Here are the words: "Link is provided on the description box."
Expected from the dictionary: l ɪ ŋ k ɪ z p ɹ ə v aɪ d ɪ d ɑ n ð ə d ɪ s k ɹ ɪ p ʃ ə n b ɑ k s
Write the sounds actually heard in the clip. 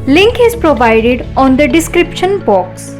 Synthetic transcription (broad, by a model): l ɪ ŋ k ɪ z p ɹ ə v aɪ d ɪ d ɑ n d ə d ɪ s k ɹ ɪ p ʃ ə n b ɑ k s